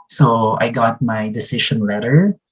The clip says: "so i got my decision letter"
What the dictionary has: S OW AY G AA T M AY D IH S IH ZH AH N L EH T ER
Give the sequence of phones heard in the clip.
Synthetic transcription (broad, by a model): S OW AY G AA T M AY D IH S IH SH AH N L EH T ER